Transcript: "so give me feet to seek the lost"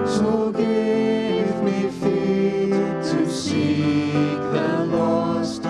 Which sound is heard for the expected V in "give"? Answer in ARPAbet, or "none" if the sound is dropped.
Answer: V